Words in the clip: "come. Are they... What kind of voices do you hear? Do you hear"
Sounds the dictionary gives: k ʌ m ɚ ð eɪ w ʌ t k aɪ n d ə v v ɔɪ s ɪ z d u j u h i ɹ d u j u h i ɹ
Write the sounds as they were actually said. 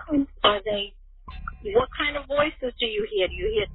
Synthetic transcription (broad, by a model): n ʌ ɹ ð eɪ w ʌ t k aɪ n d ə v v ɔɪ s ɪ z d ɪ j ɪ h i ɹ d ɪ j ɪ h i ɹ